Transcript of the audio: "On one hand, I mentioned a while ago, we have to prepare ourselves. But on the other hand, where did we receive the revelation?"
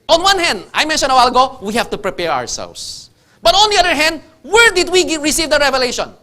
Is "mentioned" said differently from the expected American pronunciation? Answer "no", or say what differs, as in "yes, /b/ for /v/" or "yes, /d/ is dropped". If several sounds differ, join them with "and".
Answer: yes, /d/ is dropped